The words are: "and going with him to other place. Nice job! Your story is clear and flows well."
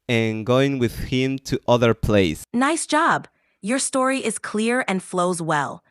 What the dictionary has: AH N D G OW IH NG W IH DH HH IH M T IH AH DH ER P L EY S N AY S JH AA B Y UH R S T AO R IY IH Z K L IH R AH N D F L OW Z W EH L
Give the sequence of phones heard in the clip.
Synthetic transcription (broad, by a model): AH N G OW IH NG W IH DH HH IH M T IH AH DH ER P L EY S N AY S JH AA B Y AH R S T AO R IY IH Z K L IH R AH N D F L OW Z W EH L